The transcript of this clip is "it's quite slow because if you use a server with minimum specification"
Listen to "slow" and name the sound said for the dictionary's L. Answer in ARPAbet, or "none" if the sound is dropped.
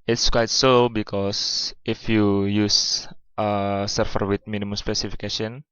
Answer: none